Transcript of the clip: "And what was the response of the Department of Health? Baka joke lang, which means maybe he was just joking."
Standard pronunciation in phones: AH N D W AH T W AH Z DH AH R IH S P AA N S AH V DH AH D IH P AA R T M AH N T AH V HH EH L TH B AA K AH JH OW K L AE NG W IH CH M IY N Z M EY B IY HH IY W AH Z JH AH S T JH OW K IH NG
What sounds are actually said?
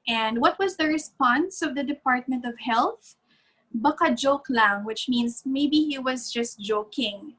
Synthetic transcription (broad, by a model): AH N D W AH T W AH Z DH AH R IH S P AA N S AH V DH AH D IH P AA R T M AH N T AH V HH EH L TH B AA K AH JH OW K L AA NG W IH CH M IY N S M EY B IY HH IY W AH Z JH AH S T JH OW K IH NG